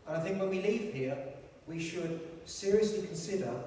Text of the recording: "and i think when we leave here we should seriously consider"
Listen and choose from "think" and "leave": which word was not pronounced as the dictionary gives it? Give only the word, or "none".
none